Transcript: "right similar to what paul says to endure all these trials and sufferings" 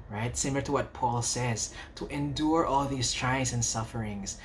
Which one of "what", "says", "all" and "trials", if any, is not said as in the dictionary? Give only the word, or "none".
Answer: trials